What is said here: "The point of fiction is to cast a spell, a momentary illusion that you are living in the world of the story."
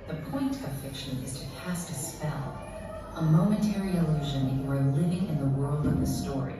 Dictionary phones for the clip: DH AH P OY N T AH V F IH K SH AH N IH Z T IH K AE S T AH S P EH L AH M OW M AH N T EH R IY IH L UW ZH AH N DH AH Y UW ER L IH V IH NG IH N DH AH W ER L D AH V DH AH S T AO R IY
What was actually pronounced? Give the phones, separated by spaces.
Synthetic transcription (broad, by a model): DH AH P OY N T AH V F IH K SH AH N IH Z T IH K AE S T AH S P EH L AH M OW M AH N T EH R IY IH L UW ZH AH N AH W ER L IH V IH NG IH N DH AH W ER L D AH V DH AH S T AO R IY